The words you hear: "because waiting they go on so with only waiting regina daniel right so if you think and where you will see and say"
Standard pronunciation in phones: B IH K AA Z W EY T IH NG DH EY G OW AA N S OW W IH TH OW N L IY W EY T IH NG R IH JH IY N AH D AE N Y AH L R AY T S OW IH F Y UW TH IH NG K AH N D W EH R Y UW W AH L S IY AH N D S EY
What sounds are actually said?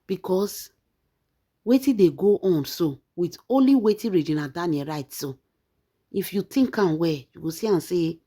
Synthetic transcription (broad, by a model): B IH K AA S W EY T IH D EY G OW AA N S OW W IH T OW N L IY W EY T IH R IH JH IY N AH D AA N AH R AY T S OW IH F Y UW T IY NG K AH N W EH Y UW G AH S IY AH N S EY